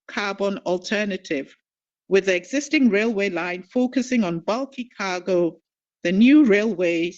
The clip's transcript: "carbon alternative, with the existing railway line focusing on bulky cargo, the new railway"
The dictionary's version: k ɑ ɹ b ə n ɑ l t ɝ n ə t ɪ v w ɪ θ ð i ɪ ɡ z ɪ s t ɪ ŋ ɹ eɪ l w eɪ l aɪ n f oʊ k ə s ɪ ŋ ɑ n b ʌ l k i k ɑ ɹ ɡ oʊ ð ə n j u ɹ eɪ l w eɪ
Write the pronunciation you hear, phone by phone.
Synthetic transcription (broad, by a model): k ɑ b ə n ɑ l t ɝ n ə t ɪ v w ɪ ð i ɪ ɡ z ɪ s t ɪ ŋ ɹ eɪ l w eɪ l aɪ n f oʊ k ə s ɪ ŋ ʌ n b ʌ l k i k ɑ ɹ ɡ oʊ ð ə n j u ɹ eɪ l w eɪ